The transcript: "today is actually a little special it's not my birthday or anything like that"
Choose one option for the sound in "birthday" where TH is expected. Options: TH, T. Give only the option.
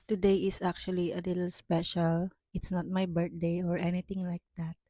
T